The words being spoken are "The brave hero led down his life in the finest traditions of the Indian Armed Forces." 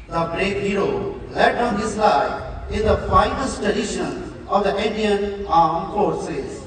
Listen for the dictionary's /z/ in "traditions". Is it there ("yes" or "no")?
no